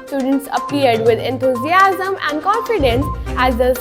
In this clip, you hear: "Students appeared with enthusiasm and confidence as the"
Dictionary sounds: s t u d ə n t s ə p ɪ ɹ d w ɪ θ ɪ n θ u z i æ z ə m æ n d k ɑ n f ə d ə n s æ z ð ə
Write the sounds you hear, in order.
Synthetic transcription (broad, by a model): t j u d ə n t s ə p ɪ ɹ d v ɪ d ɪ n t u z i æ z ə m æ n d k ɑ n f ə d ə n s æ z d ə